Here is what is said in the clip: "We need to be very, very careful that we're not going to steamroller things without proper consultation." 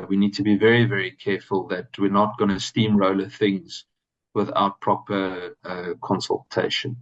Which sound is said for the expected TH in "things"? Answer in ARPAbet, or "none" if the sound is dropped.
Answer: TH